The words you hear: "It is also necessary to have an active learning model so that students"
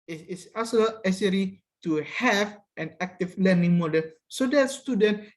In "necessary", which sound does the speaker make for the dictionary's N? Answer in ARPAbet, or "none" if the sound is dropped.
L